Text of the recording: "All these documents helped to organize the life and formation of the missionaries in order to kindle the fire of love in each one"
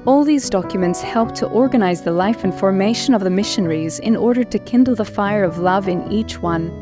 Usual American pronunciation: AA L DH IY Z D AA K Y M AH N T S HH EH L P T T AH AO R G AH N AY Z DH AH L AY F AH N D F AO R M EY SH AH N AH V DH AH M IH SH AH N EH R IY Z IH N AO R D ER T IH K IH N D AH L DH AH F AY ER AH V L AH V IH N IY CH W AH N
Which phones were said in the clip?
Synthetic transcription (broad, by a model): AA L DH IY Z D AA K Y M AH N T S HH EH L P T T AO R G AH N AY Z DH AH L AY F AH N F AO R M EY SH AH N AH V DH AH M IH SH AH N EH R IY Z IH N AO R D ER T IH K IH N D L DH AH F AY ER AH V L AH V IH N IY CH W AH N